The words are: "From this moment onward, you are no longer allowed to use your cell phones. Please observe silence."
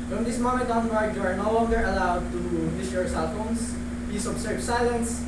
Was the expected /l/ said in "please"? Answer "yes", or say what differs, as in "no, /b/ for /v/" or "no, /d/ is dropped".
no, /l/ is dropped